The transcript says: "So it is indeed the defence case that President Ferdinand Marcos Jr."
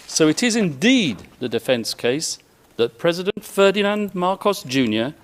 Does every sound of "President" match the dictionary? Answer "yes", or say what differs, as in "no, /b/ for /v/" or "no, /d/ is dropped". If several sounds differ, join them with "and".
yes